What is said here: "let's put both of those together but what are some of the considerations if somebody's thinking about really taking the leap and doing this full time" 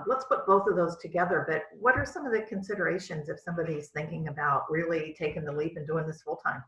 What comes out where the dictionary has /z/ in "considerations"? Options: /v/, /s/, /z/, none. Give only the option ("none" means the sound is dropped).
/z/